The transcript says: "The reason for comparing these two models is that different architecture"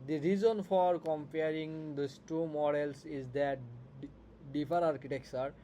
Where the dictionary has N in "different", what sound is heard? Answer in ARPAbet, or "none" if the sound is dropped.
none